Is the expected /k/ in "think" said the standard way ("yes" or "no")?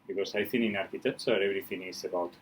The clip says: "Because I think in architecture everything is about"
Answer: no